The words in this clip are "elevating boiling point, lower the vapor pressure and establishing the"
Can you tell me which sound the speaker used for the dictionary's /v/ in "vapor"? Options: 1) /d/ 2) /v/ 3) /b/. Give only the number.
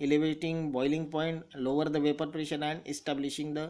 2